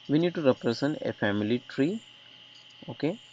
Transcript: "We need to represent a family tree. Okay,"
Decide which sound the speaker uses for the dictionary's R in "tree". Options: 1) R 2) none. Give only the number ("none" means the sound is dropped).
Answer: 1